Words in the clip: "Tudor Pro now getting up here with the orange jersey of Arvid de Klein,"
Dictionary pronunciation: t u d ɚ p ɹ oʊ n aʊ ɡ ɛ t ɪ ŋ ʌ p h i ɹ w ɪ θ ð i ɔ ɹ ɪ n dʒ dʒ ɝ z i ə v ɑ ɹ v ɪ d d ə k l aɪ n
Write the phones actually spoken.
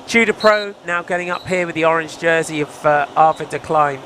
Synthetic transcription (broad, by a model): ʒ u d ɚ p ɹ oʊ n aʊ ɡ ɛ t ɪ ŋ ʌ p h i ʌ w ɪ ð i ɔ ɹ ɪ n dʒ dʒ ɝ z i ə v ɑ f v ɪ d d ə k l aɪ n